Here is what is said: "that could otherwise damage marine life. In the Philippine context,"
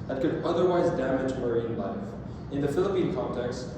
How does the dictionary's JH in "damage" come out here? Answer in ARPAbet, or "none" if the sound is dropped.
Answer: JH